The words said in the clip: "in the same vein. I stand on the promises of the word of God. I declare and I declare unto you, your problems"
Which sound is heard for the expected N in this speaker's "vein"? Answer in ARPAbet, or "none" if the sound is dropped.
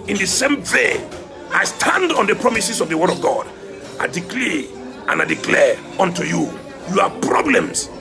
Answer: none